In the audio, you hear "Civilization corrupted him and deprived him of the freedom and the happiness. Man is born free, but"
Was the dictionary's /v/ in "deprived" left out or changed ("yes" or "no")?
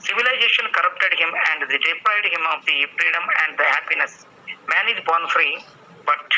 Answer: yes